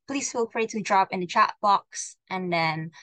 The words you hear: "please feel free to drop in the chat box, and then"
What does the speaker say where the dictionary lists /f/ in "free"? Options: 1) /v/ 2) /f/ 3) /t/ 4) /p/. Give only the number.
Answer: 4